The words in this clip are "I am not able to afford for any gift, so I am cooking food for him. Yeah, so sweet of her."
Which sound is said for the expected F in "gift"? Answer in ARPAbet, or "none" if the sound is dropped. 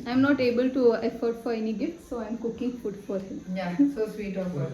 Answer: none